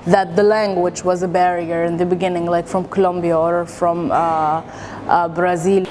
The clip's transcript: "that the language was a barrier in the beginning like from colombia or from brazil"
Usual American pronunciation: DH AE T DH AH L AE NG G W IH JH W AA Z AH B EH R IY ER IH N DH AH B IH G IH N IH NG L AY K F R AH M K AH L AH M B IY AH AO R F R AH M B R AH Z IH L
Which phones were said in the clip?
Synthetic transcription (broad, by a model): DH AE T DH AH L AE NG G W IH JH W AA Z AH B EH R IY ER IH N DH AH B IH G IH N IH NG L AY K F R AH M K AH L AH M B IY AH AO R F R AH M B R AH Z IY L